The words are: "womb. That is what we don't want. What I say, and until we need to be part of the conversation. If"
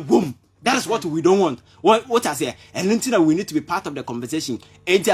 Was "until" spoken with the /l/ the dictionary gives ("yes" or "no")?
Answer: no